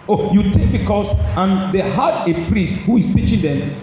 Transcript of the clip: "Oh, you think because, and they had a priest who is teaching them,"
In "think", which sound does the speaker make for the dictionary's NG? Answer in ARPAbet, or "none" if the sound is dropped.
none